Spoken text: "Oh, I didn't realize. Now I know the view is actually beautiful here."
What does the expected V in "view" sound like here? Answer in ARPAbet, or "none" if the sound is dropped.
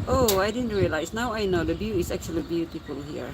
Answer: B